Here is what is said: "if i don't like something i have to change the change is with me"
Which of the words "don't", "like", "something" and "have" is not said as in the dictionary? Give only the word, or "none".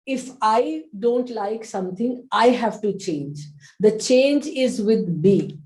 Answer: something